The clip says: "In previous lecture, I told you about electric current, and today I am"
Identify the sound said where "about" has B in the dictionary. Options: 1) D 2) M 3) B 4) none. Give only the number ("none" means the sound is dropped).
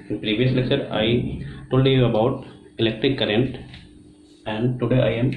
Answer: 3